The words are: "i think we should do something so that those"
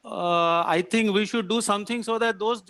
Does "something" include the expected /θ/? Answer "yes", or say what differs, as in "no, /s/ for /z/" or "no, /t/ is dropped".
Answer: no, /t/ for /θ/